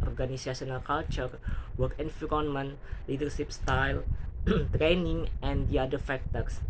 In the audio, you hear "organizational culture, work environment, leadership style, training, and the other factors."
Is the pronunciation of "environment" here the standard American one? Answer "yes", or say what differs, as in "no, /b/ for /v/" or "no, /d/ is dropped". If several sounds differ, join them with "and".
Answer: no, /f/ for /v/